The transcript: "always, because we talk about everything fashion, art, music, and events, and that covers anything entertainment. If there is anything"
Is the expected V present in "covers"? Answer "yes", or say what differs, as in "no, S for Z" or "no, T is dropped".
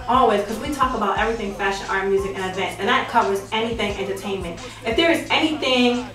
no, W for V